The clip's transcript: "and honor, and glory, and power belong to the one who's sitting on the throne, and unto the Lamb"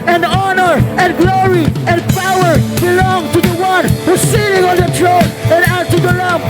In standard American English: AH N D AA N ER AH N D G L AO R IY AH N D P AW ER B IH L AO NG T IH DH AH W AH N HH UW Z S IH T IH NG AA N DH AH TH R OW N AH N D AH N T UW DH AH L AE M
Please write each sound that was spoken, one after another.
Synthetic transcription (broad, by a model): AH N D AA N ER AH N G L AO R IY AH N P AW ER B IH L AO NG T IH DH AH W AH N HH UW S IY T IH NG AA N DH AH T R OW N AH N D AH T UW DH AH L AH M